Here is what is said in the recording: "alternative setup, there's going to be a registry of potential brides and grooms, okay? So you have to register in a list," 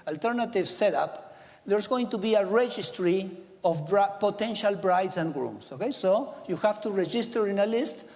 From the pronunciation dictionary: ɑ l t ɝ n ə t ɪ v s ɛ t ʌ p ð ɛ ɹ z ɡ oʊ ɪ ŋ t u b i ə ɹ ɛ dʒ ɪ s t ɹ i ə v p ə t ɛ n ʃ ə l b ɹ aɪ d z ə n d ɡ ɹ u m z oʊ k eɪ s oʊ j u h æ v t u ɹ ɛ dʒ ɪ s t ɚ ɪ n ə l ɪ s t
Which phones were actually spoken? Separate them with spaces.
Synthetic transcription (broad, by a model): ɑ l t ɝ n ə t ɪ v s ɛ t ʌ p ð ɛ ɹ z ɡ oʊ ɪ ŋ t u b i ə ɹ ɛ dʒ ɪ s t ɹ i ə b p ə t ɛ n ʃ ə l b ɹ aɪ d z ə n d ɡ ɹ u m s oʊ k eɪ s oʊ j u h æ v t u ɹ ɛ dʒ ɪ s t ɚ ɪ n ə l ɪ s t